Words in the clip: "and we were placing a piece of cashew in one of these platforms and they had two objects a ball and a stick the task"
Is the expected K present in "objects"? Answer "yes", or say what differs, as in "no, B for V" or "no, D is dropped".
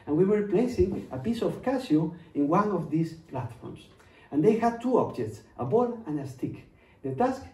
yes